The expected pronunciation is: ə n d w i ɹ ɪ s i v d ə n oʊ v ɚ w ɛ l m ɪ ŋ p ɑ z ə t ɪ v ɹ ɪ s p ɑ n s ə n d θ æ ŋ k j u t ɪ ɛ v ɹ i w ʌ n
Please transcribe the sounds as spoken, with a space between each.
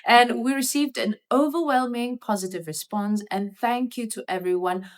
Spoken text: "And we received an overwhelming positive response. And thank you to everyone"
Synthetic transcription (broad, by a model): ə n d w i ɹ ɪ s i v d ə n oʊ v ɚ w ɛ l m ɪ ŋ p ɑ z ə t ɪ v ɹ ɪ s p ɑ n s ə n θ æ ŋ k j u t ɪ ɛ v ɹ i w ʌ n